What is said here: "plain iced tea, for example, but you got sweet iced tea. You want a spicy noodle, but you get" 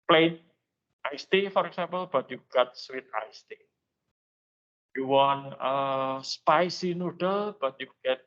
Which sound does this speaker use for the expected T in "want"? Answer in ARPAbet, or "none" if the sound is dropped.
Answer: none